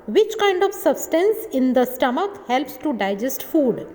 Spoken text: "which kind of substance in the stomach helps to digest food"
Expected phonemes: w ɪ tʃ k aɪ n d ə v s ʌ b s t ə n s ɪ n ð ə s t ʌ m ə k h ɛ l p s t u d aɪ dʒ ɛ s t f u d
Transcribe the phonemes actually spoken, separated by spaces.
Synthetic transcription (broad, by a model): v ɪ tʃ k aɪ n d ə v s ʌ b s t ə n s ɪ n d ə s t ʌ m ə k h ɛ l p s t u d aɪ dʒ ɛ s t f u d